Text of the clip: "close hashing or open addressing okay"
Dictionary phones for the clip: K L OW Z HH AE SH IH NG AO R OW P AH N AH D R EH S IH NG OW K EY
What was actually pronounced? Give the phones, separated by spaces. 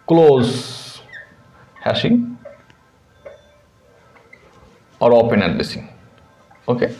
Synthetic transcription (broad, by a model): K L OW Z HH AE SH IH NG AO R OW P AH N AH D L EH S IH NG OW K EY